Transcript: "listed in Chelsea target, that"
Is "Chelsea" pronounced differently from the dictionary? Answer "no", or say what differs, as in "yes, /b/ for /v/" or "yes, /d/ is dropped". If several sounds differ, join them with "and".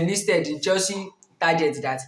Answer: yes, /l/ is dropped